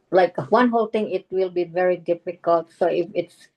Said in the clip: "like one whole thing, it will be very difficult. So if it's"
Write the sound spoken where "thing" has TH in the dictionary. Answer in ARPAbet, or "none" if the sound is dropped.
T